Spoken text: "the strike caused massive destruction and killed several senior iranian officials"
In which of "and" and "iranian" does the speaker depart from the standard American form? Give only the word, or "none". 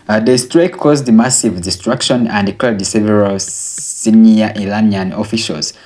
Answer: iranian